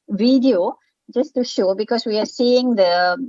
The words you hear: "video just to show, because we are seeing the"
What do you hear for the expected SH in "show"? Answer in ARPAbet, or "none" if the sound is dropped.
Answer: SH